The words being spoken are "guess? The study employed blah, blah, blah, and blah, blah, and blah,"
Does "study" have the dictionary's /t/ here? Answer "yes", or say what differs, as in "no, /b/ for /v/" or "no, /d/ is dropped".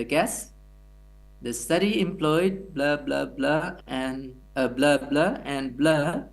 yes